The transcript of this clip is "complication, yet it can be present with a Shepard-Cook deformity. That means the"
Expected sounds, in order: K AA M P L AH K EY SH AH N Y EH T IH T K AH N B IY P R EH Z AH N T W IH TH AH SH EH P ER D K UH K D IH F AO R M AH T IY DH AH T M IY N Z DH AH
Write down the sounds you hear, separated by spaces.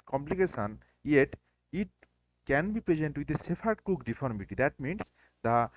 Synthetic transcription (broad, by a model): K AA M P L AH K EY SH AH N Y EH T IH T K AH N B IY P R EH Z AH N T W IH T AH S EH F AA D K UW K D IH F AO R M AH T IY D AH T M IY N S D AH